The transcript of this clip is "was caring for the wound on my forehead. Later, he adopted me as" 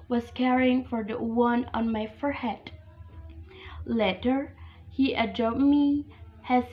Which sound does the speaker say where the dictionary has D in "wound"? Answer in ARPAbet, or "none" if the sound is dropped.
none